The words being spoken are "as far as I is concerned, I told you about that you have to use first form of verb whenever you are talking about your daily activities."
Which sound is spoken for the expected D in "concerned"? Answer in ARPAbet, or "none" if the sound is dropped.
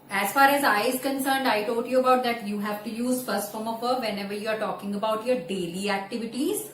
D